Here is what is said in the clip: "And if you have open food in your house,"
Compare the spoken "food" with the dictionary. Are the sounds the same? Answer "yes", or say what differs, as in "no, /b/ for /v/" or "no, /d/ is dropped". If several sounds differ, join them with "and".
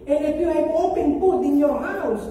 no, /p/ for /f/